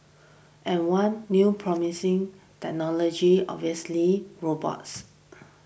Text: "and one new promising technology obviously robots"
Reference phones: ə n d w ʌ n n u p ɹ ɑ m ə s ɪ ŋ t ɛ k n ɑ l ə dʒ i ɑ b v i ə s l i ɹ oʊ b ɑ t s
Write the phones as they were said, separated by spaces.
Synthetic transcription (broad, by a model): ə n w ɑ n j u p ɹ ɑ m ə s ɪ ŋ t ɛ k n ɑ l ə dʒ i ɑ v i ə s l i ɹ oʊ b ɑ t s